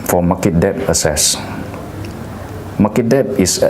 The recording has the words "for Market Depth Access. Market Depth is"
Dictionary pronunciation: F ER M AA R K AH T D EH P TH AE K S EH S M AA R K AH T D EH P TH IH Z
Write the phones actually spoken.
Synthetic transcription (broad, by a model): F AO M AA K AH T D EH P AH S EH S M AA K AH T D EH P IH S